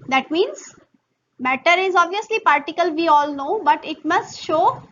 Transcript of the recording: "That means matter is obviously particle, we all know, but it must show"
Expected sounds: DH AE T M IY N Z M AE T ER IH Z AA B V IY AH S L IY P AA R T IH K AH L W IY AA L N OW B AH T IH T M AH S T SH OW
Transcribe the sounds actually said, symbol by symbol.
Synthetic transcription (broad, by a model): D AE T M IY N Z M AE T ER IH Z AA B V IY AH S L IY P AA R T IH K AH L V IY AA L N OW B AH T IH T M AH S T SH OW